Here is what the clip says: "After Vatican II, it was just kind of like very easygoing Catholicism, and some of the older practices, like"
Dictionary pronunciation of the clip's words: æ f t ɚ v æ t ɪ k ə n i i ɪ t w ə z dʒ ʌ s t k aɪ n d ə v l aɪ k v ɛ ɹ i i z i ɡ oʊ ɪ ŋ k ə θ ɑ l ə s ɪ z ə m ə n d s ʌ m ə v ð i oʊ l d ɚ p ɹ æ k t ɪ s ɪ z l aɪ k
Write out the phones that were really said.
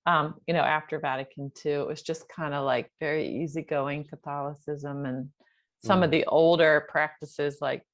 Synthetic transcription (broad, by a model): æ f t ɚ v æ t ɪ k ə n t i ɪ t w ə z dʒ ʌ s k aɪ n d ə l aɪ k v ɛ ɹ i i z i ɡ oʊ ɪ ŋ k ə θ ɑ l ə s ɪ z ə m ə n s ʌ m ə v ð i oʊ l d ɚ p ɹ æ k t ɪ s ɪ z l aɪ k